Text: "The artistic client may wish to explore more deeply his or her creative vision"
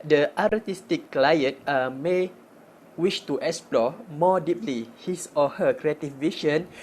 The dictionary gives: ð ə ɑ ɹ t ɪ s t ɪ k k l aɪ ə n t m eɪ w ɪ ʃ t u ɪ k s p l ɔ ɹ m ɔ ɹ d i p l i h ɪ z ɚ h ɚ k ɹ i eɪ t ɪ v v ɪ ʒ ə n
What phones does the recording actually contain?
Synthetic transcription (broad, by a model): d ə ɑ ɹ t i s t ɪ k k l aɪ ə n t m eɪ w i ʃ t u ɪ k s p l ɔ m ɔ d i p l i h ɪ s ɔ h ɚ k ɹ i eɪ t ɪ f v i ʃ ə n